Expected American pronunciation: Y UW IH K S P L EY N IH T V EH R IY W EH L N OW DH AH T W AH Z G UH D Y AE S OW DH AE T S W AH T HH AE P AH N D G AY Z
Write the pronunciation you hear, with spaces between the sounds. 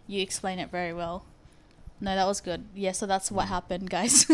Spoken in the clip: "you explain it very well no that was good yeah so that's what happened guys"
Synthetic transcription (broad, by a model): Y IH K S P L EY N IH T V EH R IY W EH L N OW DH AH T W AH Z G UH D Y AE S OW DH AE T S W AH T HH AE P AH N D G AY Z